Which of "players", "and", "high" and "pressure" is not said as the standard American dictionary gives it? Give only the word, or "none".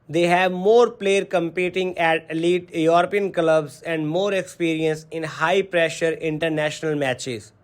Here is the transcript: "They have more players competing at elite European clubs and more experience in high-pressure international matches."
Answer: players